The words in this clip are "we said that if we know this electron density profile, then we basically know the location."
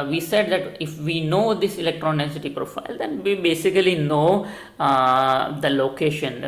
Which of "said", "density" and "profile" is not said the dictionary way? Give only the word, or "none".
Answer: density